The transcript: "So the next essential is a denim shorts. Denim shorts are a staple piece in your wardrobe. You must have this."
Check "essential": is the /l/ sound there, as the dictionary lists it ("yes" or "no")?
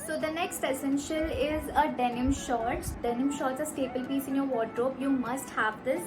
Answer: yes